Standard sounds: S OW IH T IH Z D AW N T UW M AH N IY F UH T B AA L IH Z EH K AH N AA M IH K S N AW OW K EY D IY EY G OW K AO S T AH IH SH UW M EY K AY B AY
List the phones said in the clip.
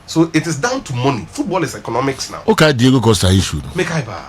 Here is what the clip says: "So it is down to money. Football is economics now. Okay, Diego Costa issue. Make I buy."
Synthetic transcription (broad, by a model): S OW IH T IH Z D AW N T UW M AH N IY F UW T B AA L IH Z EH K AH N AA M IH K S N AW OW K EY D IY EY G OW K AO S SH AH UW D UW M EY K AY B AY